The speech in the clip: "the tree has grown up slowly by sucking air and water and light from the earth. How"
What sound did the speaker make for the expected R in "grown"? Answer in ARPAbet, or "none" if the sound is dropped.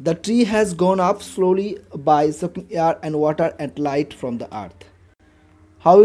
none